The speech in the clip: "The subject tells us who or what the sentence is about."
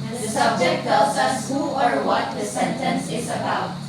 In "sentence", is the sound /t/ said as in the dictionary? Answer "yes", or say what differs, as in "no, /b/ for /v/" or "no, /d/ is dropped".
yes